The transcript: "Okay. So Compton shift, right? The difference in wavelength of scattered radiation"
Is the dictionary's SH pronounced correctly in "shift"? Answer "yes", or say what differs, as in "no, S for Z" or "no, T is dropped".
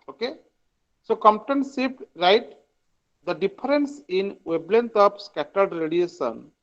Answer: no, S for SH